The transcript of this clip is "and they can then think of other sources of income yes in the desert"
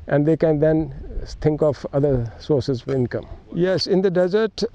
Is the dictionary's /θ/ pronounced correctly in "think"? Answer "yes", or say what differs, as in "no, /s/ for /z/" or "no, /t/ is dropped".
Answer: no, /t/ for /θ/